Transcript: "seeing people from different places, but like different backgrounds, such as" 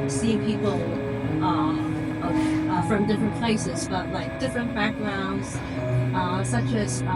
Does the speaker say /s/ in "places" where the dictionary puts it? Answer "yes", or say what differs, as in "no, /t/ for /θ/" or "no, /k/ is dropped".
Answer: yes